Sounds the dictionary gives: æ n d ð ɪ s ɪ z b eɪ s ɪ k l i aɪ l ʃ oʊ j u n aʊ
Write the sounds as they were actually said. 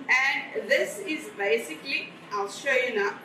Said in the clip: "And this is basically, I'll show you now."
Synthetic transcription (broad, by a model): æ n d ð ɪ s ɪ z b eɪ s ɪ k l i aɪ l ʃ oʊ j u n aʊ